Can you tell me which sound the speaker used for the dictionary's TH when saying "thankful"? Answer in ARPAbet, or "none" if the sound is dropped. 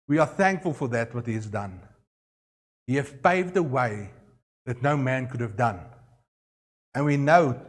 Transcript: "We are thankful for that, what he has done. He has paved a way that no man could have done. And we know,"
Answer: TH